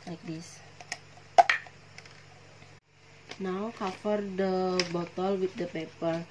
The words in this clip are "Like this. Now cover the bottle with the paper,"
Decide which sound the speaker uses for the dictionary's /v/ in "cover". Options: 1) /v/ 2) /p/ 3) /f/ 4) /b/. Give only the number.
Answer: 3